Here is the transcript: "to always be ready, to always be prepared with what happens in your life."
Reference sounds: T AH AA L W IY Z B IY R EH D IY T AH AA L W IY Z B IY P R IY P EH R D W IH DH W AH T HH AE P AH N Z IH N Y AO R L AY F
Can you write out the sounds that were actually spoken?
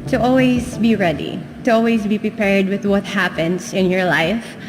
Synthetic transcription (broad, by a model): T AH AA L W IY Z B IY R EH D IY T AH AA L W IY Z B IY P R IY P EH R D W IH DH W AH T HH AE P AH N S IH N Y AO R L AY F